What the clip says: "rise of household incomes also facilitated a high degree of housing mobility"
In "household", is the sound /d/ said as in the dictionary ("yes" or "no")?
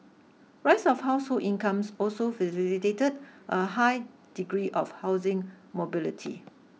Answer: no